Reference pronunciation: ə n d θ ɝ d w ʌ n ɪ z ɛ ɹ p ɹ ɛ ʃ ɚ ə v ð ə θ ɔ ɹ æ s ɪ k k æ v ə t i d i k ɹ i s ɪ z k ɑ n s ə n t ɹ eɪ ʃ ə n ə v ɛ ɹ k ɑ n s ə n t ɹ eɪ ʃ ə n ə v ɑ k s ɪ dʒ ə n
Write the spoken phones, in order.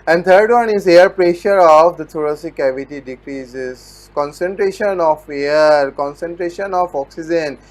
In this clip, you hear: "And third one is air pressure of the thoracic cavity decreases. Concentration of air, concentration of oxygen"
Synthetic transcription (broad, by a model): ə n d t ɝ d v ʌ n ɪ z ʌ ɹ p ɹ ɛ ʃ ɚ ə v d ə t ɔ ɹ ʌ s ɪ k k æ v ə t i d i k ɹ i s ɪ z k ɑ n s ə n t ɹ eɪ ʃ ə n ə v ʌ ɹ k ɑ n s ə n t ɹ eɪ ʃ ə n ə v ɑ k s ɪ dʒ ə n